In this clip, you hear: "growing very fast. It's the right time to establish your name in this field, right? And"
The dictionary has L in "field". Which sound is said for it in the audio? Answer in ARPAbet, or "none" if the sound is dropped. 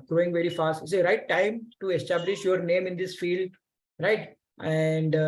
L